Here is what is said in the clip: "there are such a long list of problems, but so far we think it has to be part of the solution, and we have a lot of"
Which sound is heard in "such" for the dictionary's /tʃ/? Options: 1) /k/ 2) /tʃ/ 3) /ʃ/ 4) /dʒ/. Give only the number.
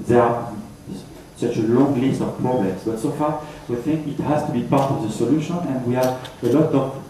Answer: 2